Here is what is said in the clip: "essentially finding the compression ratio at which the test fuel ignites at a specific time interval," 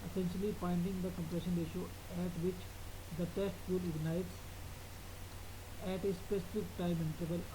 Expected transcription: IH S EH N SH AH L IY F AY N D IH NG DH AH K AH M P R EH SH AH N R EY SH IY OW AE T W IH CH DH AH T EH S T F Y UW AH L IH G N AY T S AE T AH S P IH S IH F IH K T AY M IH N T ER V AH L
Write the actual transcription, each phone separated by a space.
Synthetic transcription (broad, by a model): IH S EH N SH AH L IY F AY N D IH NG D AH K AH M P R EH SH AH N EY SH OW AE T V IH CH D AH T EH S T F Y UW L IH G N AY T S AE T AH S P IH S IH F IH K T AY M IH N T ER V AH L